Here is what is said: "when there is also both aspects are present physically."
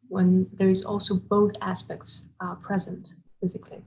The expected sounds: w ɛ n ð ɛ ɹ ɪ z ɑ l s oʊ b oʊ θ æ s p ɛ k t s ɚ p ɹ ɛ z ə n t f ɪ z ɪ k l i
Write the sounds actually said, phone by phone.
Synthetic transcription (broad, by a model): w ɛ n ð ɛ ɹ ɪ z ɑ l s oʊ b oʊ θ æ s p ɛ k t s p ɹ ɛ z ə n t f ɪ z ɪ k l i